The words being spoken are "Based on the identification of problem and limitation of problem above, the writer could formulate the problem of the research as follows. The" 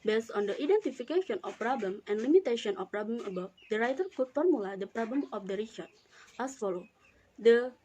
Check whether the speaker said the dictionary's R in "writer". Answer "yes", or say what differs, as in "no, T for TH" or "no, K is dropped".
yes